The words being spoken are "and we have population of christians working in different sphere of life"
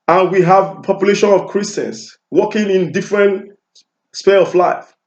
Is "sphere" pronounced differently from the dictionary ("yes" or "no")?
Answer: yes